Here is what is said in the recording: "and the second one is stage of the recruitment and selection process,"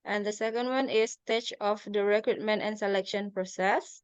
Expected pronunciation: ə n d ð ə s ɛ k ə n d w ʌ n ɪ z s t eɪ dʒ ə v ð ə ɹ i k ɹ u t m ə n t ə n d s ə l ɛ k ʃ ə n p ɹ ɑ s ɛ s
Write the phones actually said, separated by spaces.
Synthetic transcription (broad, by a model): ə n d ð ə s ɛ k ə n d w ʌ n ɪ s t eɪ tʃ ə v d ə ɹ i k ɹ u t m ə n t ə n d s ə l ɛ k ʃ ə n p ɹ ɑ s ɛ s